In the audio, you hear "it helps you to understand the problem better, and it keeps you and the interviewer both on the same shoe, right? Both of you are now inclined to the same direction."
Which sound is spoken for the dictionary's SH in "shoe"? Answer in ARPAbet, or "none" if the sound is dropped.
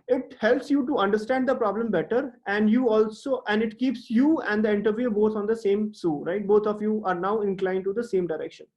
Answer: S